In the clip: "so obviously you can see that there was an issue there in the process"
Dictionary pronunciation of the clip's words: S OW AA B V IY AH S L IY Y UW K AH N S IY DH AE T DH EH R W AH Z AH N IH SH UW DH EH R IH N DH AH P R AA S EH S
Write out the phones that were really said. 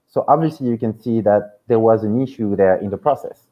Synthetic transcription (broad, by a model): S OW AA B V IY AH S L IY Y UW K AH N S IY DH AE T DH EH R W AH Z AH N IH SH UW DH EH R IH N DH AH P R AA S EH S